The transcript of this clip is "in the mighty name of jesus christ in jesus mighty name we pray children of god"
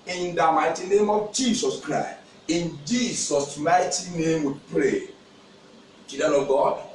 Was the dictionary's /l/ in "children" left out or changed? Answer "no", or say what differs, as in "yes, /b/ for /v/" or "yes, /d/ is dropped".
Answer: yes, /l/ is dropped